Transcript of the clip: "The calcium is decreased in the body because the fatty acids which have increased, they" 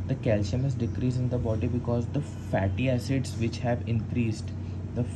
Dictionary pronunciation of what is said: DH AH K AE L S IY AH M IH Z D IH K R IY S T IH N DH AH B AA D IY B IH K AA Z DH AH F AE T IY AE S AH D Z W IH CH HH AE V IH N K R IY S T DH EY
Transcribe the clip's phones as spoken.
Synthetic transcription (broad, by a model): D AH K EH L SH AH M IH Z D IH K R IY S IH N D AH B AA D IY B IH K AA Z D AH F AE T IY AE S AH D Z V IH CH HH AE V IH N K R IY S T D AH